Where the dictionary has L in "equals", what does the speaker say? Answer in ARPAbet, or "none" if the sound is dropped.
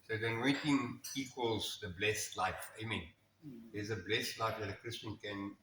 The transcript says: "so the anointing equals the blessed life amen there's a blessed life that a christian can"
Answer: L